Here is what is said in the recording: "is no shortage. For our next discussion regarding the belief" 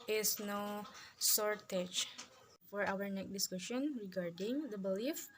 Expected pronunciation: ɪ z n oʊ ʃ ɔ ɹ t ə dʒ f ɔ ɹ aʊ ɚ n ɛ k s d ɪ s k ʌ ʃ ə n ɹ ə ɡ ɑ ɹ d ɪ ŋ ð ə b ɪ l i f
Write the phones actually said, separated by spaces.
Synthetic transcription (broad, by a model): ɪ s n oʊ s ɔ ɹ t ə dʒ f ɔ ɹ aʊ ɚ n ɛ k d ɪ s k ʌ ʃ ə n ɹ ə ɡ ɑ ɹ d ɪ ŋ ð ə b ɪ l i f